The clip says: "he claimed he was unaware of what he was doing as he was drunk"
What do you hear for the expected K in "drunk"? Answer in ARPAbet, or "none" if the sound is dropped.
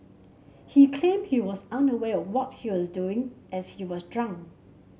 none